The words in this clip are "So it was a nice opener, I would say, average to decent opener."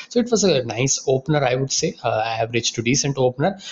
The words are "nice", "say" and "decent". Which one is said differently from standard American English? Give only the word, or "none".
none